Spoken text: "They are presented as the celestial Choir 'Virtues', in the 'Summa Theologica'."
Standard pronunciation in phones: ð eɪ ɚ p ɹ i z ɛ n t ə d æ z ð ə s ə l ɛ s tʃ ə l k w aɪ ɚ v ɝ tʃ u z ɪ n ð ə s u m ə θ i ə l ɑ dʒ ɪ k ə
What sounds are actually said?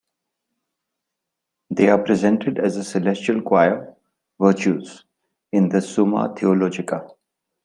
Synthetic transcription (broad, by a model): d eɪ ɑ p ɹ i z ɛ n t ə d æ z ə s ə l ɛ s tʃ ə l k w aɪ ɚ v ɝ tʃ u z ɪ n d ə s u m ə t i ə l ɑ dʒ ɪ k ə